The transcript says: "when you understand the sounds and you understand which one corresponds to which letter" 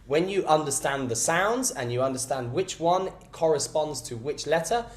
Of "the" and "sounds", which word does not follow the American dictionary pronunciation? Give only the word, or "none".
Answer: none